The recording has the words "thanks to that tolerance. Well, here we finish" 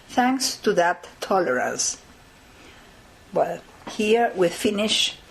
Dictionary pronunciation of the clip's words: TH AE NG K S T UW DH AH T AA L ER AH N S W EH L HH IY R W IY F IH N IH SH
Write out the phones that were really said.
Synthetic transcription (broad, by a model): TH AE NG K S T UW DH AH T AA L ER AH N S W EH L HH IY R W IY F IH N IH SH